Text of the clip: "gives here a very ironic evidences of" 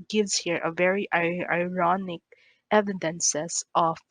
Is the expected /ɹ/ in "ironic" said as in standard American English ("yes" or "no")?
yes